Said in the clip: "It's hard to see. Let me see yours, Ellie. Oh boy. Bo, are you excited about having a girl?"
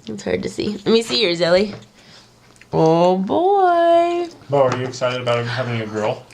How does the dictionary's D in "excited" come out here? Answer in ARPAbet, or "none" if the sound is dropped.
D